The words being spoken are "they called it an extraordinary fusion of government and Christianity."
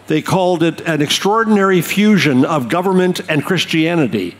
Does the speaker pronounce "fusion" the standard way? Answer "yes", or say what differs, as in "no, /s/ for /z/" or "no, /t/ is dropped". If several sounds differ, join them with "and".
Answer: yes